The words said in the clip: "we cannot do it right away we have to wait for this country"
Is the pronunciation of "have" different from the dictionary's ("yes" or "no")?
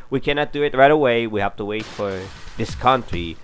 yes